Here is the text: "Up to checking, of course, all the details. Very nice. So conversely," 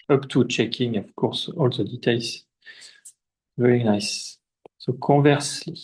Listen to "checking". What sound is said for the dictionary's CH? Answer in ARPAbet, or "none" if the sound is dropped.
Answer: CH